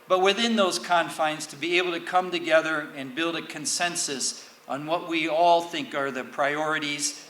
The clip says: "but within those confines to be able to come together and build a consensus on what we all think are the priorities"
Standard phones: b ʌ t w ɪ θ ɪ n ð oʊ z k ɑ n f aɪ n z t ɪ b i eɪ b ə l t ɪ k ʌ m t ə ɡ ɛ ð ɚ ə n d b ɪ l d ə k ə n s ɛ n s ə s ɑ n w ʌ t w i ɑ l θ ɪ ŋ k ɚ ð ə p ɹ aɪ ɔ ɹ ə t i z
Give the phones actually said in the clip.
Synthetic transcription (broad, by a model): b ʌ t w ɪ θ ɪ n ð oʊ z k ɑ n f aɪ n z t ɪ b i eɪ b l t ɪ k ʌ m t ə ɡ ɛ ð ɚ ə n b ɪ l d ə k ə n s ɛ n s ə s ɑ n w ʌ t w i ɑ l θ ɪ ŋ k ɚ ð ə p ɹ aɪ ɔ ɹ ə t i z